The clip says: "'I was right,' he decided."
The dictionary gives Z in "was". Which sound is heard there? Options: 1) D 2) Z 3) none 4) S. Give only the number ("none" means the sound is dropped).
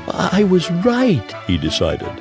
2